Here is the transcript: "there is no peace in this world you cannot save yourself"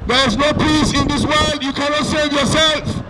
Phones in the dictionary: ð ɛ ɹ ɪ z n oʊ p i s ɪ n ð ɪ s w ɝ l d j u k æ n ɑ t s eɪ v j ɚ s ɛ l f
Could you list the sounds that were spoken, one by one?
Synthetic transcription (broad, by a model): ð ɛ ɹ ɪ z n oʊ p i s ɪ n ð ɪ s w ɝ l d j u k æ n ɑ t s eɪ v j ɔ s ɛ l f